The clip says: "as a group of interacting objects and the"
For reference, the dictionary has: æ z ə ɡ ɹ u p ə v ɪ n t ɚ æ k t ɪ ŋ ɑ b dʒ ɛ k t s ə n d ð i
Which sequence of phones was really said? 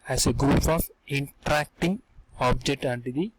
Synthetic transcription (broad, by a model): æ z ə ɡ ɹ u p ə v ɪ n t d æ k t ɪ ŋ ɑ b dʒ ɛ k t ə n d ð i